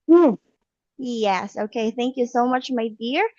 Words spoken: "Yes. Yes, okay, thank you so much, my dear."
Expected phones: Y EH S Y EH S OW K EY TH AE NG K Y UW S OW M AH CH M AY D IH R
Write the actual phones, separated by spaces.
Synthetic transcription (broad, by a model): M Y EH S OW K EY TH AE NG K Y UW S OW M AH CH M AY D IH R